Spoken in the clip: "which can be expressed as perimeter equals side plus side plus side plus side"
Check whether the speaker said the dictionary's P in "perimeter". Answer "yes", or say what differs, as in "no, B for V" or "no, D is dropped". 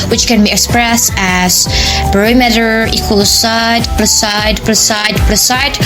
no, B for P